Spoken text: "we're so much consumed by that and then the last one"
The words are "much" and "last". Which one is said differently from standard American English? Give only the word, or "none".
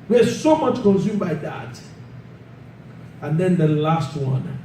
none